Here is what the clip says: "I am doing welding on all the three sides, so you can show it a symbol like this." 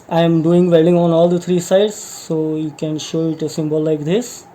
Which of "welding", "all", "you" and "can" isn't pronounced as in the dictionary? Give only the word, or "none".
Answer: welding